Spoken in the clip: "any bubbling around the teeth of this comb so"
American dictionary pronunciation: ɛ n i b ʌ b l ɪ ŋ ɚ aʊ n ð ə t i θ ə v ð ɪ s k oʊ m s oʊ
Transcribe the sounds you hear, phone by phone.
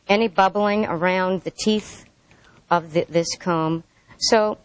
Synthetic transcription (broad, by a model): ɛ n i b ʌ b l ɪ ŋ ɚ aʊ n ð ə t i θ ə v ð ɪ s k oʊ m s oʊ